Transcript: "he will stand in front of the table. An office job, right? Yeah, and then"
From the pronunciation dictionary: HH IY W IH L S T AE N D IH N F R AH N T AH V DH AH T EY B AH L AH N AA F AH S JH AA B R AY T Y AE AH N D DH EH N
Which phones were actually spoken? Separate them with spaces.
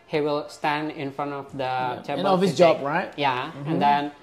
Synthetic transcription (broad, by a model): HH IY W IH L S T AE N D IH N F R AH N T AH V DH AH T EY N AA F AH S JH AA B R AY T Y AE AH N D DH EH N